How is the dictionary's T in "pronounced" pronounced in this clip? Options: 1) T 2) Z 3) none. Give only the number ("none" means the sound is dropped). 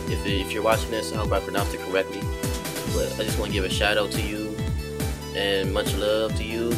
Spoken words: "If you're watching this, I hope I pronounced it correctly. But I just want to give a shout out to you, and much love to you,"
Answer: 3